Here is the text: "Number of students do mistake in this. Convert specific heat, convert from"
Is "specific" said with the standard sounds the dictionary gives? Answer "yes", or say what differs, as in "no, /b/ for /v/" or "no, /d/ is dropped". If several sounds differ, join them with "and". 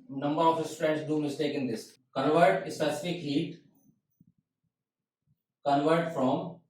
no, /p/ is dropped